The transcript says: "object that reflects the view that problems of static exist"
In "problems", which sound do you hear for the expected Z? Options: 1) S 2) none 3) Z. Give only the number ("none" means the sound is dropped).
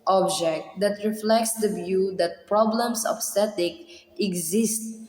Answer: 1